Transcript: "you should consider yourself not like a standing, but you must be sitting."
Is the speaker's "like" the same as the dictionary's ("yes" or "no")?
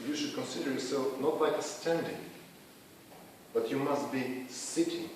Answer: no